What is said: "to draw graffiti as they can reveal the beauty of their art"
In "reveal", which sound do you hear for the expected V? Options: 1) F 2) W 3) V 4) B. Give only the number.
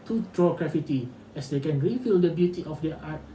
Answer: 1